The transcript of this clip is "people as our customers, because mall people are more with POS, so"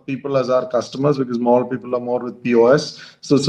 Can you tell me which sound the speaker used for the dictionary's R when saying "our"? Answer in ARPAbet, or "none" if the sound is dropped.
R